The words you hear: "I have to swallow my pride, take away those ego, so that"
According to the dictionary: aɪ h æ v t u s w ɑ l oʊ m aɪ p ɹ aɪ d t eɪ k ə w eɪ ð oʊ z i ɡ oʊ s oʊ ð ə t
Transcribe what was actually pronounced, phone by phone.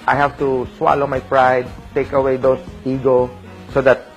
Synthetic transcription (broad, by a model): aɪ h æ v t u s w ɑ l oʊ m aɪ p ɹ aɪ d t eɪ k ə w eɪ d oʊ s i ɡ oʊ s oʊ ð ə t